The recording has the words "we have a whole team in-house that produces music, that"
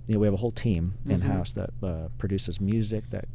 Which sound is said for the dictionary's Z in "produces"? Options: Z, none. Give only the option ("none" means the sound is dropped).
Z